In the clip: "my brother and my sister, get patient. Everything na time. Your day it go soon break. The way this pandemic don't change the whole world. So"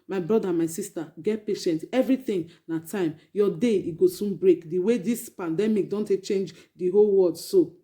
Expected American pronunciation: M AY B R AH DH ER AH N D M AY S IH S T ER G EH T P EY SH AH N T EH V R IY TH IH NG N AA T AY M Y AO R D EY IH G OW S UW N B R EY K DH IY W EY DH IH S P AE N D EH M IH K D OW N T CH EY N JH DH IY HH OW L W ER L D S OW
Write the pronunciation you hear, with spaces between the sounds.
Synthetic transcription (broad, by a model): M AY B R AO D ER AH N M AY S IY S T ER G EH T P EY SH AH N T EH V R IY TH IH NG N AA T AY M Y AO D EY IH G OW S UW N B R EY K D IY W EY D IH S P AE N D EH M IH K D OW N T CH EY N JH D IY HH OW L W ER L D S OW